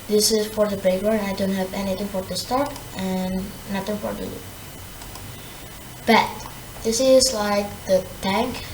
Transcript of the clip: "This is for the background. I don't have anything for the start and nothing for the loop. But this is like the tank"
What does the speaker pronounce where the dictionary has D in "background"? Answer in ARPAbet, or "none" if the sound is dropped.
none